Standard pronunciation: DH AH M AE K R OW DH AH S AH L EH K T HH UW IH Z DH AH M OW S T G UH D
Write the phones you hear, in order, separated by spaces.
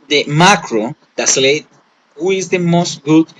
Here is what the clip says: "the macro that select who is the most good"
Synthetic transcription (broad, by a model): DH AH M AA K R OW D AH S L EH T HH UW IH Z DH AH M OW S T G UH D